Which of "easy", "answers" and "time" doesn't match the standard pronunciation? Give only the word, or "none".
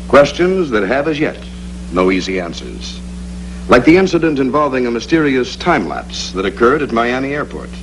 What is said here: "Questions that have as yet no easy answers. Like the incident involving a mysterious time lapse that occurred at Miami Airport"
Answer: none